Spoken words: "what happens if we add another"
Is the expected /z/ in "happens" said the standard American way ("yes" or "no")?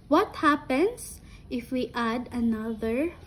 no